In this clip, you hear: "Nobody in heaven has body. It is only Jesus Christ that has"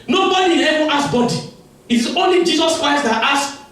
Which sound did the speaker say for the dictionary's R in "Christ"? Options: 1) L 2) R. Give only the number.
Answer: 2